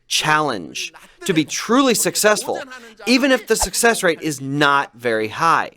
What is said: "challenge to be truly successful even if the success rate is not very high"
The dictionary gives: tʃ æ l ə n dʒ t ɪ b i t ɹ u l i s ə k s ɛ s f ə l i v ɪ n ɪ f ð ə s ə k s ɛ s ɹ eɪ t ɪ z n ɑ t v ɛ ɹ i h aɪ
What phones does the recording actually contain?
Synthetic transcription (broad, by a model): tʃ æ l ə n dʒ t ɪ b i t ɹ u l i s ə k s ɛ s f ə l i v ɪ n ɪ f ð ə s ə k s ɛ s ɹ eɪ t ɪ z n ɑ t v ɛ ɹ i h aɪ